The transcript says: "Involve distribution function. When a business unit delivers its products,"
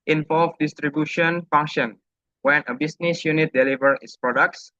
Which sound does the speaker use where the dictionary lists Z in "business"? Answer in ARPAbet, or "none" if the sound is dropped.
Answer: S